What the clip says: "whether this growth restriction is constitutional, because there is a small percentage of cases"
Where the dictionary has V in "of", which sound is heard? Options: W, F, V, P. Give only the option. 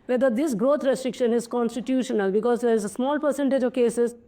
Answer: V